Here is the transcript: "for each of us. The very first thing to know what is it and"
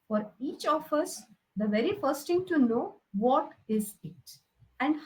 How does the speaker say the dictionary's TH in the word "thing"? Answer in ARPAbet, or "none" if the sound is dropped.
T